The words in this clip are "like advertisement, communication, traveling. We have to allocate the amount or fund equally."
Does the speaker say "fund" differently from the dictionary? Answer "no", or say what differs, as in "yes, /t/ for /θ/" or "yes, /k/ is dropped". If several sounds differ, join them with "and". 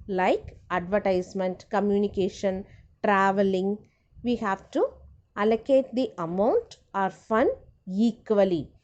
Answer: yes, /d/ is dropped